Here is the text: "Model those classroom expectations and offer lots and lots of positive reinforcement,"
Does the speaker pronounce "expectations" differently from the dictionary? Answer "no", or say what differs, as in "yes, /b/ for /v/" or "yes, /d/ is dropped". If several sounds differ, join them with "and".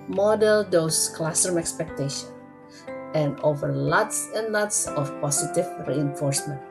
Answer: yes, /z/ is dropped